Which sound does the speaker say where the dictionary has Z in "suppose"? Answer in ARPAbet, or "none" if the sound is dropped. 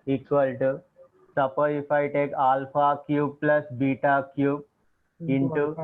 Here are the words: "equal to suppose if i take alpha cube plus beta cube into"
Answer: none